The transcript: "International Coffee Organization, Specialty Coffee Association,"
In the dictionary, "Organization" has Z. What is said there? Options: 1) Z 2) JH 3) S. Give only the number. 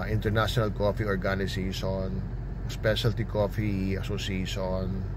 3